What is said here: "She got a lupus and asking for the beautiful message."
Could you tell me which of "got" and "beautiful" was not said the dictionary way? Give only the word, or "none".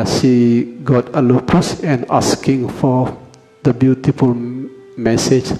none